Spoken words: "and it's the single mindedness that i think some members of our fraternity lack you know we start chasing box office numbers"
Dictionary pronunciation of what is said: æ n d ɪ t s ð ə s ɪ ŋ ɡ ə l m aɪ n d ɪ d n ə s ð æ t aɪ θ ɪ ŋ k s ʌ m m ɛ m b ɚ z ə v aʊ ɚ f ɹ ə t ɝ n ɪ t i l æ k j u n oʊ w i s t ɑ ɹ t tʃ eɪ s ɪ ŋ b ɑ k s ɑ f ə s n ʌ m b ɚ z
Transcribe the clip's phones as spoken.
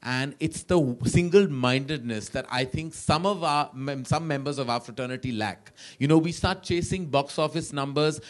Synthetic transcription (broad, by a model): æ n d ɪ t s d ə s ɪ ŋ ɡ ə l m aɪ n d ɪ d n ə s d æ t aɪ t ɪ ŋ k s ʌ m m ɛ m b ɚ z ə v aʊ f ɹ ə t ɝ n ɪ t i l æ k j u n oʊ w i s t ɑ ɹ t tʃ eɪ s ɪ ŋ b ɑ k s ɑ f ə s n ʌ m b ɚ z